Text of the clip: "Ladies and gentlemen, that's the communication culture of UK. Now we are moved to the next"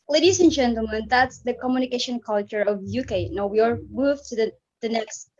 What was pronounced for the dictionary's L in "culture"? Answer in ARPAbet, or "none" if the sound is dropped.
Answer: L